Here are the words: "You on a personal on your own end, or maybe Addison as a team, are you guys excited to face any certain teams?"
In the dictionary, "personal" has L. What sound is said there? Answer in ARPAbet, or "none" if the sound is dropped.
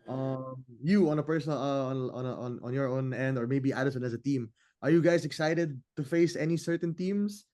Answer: N